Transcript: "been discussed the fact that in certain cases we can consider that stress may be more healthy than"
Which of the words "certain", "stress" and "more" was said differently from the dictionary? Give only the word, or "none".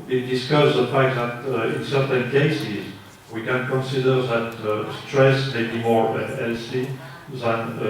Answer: none